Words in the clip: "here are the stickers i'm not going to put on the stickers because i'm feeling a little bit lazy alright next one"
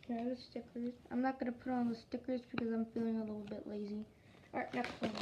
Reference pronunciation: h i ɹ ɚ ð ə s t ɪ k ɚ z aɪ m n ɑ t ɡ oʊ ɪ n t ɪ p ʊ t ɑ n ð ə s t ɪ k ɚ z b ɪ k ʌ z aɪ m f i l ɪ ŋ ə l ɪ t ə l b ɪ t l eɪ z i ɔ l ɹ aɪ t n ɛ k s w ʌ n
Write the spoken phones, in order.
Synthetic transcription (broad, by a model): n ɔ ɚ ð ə s t ɪ k ɚ z aɪ m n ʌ t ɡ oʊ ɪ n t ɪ p ʊ t n ð ə s t ɪ k ɚ z b ɪ k ʌ z aɪ m f i l ɪ ŋ ə l ɪ t l b ɪ t l eɪ z i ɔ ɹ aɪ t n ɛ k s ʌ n